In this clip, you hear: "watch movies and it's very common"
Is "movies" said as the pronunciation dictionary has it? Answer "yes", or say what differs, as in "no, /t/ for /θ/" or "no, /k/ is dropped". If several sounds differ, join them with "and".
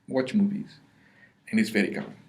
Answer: yes